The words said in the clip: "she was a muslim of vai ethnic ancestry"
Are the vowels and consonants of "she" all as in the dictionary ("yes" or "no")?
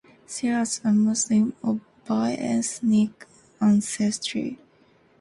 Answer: no